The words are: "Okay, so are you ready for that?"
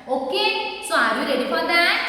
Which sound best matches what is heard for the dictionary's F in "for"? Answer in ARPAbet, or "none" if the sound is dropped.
P